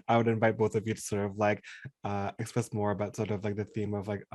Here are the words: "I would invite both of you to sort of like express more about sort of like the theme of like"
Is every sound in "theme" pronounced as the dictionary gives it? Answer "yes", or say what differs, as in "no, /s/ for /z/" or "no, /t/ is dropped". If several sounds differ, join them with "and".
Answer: yes